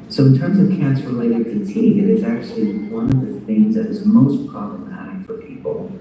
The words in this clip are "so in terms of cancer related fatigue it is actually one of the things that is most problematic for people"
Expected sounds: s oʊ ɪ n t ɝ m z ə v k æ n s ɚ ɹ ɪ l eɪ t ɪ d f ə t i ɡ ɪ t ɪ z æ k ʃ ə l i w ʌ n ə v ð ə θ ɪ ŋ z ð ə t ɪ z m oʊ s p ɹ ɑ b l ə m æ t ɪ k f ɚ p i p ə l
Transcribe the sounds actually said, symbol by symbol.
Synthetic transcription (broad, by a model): s oʊ ɪ n t ɝ m z ə v k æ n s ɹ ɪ l eɪ t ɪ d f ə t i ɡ ɪ t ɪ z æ k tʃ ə l i w ʌ n ə v ð ə θ ɪ ŋ z ð ə t ɪ z m oʊ s p ɹ ɑ b l ə m æ t ɪ k f ɚ p i p l